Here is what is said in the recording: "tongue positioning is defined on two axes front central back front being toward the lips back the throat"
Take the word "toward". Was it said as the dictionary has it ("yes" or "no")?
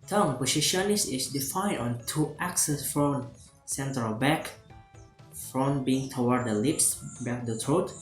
no